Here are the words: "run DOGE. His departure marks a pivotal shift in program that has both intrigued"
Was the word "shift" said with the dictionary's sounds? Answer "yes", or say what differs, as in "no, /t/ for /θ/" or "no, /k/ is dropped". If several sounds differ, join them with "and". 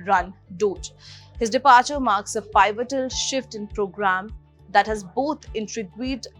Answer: yes